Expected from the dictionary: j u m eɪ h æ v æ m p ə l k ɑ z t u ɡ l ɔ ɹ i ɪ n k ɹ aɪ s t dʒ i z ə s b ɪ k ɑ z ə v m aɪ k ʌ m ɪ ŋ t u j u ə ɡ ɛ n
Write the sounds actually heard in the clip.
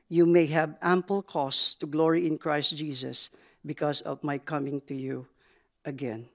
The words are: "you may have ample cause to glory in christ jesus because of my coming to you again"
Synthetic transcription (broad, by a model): j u m eɪ h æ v æ m p ə l k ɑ s t u ɡ l ɔ ɹ i ɪ n k ɹ aɪ s t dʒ i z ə s b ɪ k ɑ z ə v m aɪ k ʌ m ɪ ŋ t u j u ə ɡ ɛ n